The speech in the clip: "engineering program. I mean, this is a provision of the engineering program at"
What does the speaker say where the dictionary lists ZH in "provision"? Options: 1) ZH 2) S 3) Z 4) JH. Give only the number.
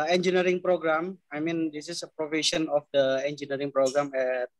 2